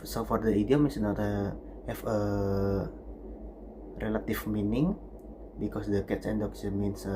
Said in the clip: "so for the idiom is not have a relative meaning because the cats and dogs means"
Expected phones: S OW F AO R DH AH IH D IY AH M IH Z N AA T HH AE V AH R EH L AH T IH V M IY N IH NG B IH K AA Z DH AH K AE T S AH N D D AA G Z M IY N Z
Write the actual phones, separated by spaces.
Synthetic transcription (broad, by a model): S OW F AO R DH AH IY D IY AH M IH S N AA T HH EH F AH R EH L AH T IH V M IY N IH NG B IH K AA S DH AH K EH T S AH N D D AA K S M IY N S